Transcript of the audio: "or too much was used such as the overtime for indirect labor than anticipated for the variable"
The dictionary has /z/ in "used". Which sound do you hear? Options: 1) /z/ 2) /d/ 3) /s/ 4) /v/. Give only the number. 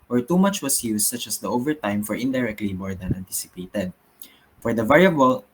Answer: 3